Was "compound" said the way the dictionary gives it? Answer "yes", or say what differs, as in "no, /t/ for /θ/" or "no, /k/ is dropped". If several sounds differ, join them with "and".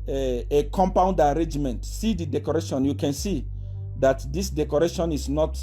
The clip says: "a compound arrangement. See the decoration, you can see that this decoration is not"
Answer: yes